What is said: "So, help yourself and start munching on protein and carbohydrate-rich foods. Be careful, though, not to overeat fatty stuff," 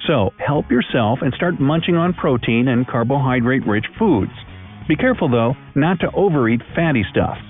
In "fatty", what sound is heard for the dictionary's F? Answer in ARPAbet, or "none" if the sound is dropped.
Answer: F